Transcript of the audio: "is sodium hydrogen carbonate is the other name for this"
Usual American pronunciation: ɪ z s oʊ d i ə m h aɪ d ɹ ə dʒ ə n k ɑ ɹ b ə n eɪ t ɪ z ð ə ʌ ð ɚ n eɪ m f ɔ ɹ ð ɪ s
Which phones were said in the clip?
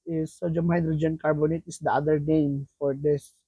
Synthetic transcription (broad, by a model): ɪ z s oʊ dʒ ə m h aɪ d ɹ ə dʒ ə n k ɑ ɹ b ə n eɪ t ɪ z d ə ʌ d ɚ n eɪ m f ɔ ɹ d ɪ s